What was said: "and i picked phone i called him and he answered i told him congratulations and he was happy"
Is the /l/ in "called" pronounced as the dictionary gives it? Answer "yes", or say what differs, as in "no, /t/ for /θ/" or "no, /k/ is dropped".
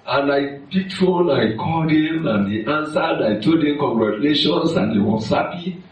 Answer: no, /l/ is dropped